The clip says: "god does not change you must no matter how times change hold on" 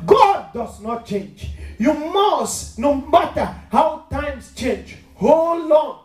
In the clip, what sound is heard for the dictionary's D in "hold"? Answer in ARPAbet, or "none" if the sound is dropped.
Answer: none